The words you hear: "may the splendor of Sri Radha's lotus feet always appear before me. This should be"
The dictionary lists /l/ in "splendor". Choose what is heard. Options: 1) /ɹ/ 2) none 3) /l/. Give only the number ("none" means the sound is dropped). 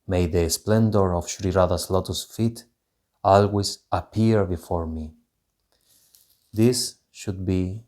3